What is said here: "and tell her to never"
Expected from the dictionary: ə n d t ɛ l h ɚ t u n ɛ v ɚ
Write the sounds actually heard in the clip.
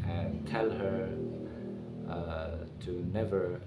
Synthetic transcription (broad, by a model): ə n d t ɛ l h ɚ t u n ɛ v ɚ